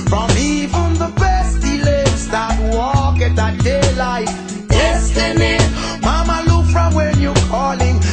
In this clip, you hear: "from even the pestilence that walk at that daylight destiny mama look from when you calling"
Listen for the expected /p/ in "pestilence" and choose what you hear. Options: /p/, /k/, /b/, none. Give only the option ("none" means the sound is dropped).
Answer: /b/